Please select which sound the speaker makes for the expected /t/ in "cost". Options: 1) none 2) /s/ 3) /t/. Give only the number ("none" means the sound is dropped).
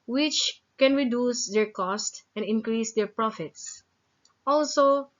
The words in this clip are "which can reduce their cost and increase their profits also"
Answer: 3